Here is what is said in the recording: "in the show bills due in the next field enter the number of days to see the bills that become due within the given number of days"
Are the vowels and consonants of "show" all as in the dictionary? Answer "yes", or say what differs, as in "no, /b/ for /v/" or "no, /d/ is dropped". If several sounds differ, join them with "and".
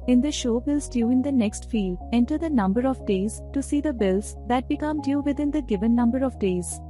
yes